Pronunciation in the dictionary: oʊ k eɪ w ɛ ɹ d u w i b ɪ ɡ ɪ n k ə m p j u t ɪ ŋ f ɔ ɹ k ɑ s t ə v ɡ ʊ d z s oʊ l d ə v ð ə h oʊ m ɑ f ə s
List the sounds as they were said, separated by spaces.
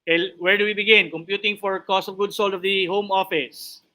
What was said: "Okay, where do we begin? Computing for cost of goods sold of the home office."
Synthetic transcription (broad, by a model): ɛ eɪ w ɛ ɹ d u w i b ɪ ɡ ɪ n k ə m p j u t ɪ ŋ f ɔ ɹ k ɑ s t ə v ɡ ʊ d s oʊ l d ə v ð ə h oʊ m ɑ f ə s